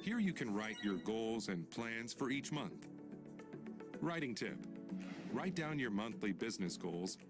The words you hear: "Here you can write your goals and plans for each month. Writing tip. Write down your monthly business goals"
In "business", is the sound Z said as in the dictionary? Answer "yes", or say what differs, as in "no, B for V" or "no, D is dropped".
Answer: yes